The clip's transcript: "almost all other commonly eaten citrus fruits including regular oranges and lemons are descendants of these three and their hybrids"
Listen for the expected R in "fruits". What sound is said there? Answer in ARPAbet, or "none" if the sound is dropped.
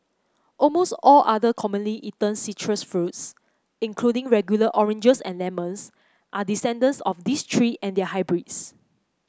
R